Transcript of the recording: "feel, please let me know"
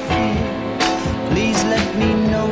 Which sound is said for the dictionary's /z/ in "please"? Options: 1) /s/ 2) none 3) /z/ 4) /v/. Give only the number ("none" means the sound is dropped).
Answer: 3